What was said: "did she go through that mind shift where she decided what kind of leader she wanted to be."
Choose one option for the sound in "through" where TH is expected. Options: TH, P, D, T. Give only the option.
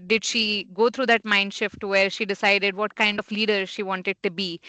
T